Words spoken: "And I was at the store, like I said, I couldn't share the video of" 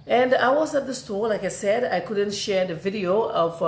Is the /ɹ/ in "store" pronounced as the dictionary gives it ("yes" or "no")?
no